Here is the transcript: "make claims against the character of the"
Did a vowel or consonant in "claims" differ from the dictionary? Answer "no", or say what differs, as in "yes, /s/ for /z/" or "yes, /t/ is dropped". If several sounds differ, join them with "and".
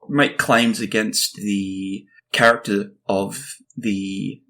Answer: no